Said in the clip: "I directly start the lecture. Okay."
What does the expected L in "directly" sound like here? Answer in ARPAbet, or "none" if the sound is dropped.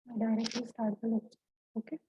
none